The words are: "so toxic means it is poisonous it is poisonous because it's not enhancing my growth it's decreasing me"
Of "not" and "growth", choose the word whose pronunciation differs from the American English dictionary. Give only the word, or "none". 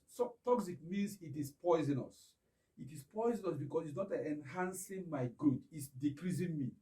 growth